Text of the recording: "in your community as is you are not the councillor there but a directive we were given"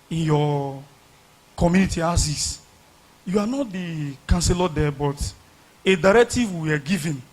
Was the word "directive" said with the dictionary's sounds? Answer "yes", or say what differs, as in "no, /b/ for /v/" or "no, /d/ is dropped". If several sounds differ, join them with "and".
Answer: yes